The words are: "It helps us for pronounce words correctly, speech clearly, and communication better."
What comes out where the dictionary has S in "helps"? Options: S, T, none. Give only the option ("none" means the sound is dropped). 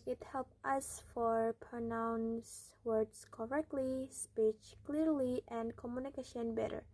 none